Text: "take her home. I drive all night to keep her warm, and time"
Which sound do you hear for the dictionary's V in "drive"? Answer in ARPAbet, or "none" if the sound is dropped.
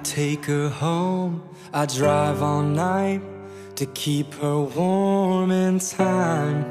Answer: V